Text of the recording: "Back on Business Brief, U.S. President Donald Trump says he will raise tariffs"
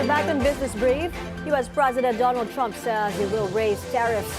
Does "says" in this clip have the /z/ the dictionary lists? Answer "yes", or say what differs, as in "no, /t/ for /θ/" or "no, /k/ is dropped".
no, /z/ is dropped